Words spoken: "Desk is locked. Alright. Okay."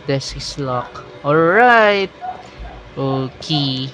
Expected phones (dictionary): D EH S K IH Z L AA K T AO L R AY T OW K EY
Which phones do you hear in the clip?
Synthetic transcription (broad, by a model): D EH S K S L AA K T AO L R AY T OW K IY